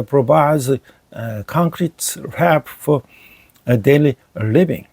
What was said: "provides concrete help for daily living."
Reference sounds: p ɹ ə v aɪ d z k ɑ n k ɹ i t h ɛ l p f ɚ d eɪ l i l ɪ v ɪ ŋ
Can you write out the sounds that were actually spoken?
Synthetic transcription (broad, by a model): p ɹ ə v aɪ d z k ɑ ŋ k ɹ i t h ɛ p f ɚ d eɪ l i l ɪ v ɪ ŋ